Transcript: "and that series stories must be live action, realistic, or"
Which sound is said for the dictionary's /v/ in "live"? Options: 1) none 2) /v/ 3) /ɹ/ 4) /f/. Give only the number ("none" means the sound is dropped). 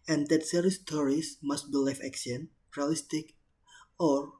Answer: 4